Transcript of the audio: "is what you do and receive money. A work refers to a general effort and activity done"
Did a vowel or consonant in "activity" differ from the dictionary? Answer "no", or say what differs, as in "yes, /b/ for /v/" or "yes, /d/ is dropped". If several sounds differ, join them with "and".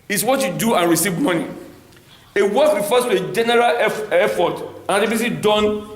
yes, /k/ is dropped and /s/ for /t/